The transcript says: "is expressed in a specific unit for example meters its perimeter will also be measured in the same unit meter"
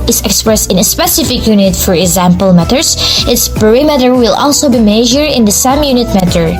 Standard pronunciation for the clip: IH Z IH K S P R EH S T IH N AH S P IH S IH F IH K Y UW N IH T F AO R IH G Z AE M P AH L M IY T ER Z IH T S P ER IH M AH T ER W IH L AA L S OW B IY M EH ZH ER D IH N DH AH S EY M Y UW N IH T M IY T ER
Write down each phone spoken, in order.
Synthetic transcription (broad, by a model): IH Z IH K S P R EH S T IH N AH S P IH S IH F IH K Y UW N IH T F AO R IH G Z AE M P AH L M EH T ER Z IH T S P ER IH M AH T ER W IH L AA L S OW B IY M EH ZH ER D IH N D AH S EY M Y UW N IH T M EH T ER